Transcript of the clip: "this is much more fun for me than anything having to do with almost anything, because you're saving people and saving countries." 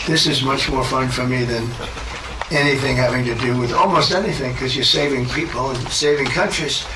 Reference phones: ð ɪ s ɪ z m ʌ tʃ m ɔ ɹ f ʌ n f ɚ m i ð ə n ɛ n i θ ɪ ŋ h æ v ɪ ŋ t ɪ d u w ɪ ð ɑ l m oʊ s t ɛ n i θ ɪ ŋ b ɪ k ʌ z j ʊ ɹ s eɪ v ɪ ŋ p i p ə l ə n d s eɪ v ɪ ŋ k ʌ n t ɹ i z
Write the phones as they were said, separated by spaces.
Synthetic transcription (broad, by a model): ð ɪ s ɪ z m ʌ tʃ m ɔ ɹ f ʌ n f ɚ m i ð ə n ɛ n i θ ɪ ŋ h æ v ɪ ŋ t ɪ d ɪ w ɪ ð ɑ l m oʊ s t ɛ n i θ ɪ ŋ k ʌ z j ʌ ɹ s eɪ v ɪ ŋ p i p l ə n s eɪ v ɪ ŋ k ʌ n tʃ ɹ i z